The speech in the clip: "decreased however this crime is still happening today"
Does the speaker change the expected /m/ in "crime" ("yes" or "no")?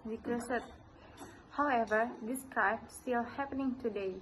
yes